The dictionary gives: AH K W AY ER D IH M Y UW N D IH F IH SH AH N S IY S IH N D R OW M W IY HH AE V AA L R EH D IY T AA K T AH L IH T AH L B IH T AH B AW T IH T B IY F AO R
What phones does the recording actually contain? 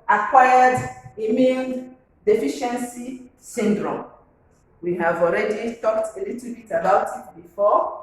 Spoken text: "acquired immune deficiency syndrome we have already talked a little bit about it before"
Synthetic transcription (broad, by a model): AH K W AY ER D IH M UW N D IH F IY SH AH N S IY S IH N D R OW M W IY HH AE V AA L R EH D IY T AA K T AH L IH T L B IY T AH B AW T IH T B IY F AO